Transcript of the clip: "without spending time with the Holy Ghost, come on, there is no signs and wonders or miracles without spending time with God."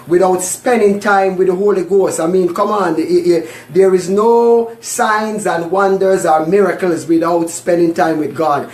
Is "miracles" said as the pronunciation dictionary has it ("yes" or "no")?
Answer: yes